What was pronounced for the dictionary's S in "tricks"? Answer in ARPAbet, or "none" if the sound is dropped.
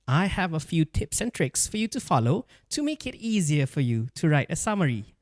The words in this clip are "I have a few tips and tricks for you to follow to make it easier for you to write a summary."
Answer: S